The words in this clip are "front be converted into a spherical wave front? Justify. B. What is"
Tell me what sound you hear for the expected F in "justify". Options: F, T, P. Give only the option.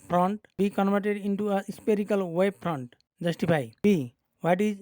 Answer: P